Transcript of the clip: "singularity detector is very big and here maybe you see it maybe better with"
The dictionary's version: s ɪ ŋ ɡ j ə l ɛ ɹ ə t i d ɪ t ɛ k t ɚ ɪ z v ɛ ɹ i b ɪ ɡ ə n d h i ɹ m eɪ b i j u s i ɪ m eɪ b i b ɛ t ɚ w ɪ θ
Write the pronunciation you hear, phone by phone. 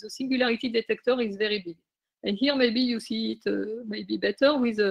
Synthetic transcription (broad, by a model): s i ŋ ɡ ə l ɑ ɹ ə t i d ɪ t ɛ k t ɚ ɪ z v ɛ ɹ i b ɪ ə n h i ɹ m eɪ b i j u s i ɪ m eɪ b i b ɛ t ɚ w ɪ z